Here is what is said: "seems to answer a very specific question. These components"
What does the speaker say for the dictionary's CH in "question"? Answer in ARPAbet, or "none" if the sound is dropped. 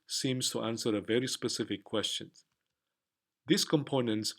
CH